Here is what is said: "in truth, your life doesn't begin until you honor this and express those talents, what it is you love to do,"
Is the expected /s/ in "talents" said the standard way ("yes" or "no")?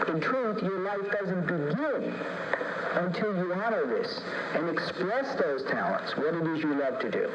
yes